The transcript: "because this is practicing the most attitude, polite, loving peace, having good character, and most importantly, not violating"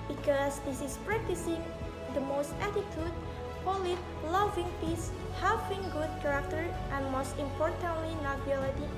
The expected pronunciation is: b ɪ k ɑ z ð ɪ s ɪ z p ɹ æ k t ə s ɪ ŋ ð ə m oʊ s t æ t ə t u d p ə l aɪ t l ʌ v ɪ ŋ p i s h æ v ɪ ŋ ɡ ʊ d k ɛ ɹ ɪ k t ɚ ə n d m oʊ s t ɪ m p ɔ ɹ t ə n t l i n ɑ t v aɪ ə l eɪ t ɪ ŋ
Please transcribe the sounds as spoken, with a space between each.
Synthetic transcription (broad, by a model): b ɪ k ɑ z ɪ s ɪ s p ɹ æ k t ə s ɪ ŋ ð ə m oʊ s t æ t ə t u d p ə l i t l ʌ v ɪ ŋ p i s h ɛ f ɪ ŋ ɡ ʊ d k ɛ ɹ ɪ k t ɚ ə n m oʊ s t ɪ m p ɔ ɹ t ə n t l i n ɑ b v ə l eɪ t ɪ